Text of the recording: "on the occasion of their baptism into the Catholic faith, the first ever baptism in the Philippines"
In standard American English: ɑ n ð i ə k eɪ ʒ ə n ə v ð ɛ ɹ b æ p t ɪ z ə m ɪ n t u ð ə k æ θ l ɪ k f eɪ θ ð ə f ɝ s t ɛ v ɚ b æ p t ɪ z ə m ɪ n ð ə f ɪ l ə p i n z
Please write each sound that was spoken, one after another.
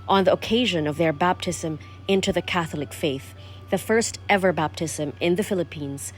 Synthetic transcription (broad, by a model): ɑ n ð i ə k eɪ ʒ ə n ə v ð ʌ ɹ b æ p t ɪ z ə m ɪ n t u ð ə k æ θ l ɪ k f eɪ θ ð ə f ɝ s t ɛ v ɚ b æ p t ɪ z ə m ɪ n ð ə f ɪ l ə p i n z